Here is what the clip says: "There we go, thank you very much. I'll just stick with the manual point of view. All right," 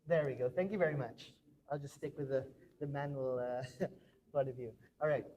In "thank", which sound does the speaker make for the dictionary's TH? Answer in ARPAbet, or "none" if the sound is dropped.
TH